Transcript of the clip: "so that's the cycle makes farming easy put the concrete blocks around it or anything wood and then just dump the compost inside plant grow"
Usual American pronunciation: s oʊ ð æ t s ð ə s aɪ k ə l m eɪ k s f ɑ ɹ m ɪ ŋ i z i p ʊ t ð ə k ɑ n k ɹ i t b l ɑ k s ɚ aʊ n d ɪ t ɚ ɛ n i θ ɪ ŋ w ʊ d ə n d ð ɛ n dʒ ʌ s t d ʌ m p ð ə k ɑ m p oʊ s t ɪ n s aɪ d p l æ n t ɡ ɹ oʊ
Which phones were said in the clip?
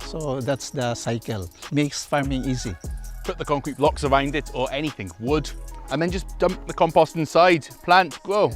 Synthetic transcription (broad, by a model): s oʊ ð æ t s ð ə s aɪ k ə l m eɪ k s f ɑ ɹ m ɪ ŋ i z i p ʊ t ð ə k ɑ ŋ k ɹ i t b l ɑ k s ɚ aʊ n d ɪ t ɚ ɛ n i θ ɪ ŋ w ʊ d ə n ð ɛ n dʒ ʌ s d ʌ m p ð ə k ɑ m p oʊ s t ɪ n s aɪ d p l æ n t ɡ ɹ oʊ